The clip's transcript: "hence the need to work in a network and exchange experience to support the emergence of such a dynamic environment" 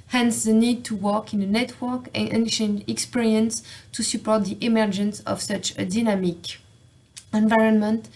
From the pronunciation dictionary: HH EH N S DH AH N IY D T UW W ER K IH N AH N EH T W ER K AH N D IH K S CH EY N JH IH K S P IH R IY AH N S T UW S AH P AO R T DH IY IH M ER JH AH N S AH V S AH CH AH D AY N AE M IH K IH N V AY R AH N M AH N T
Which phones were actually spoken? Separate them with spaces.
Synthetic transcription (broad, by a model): HH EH N S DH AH N IY D T UW W ER K IH N AH N EH T W ER K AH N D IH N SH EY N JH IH K S P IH R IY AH N S T UW S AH P AO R T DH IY IH M ER JH AH N S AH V S AH CH AH D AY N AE M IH K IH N V AY R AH N M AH N T